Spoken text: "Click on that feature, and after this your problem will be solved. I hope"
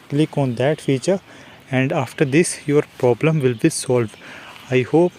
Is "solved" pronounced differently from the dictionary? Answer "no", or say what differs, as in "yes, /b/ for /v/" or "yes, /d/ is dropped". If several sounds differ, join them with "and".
no